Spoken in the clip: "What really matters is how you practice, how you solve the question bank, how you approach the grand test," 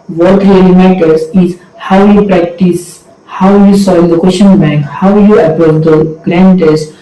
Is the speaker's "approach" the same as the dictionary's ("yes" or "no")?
no